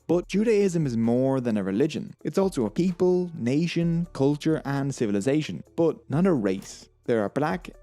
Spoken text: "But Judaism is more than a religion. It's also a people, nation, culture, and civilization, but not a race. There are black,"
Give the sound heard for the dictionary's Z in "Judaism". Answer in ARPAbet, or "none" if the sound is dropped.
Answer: Z